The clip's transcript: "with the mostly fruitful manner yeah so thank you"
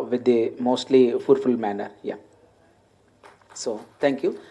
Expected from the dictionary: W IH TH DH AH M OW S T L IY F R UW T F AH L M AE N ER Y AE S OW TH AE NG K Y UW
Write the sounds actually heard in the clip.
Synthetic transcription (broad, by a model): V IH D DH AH M OW S T L IY F UW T F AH L M AE N ER Y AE S OW T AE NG K Y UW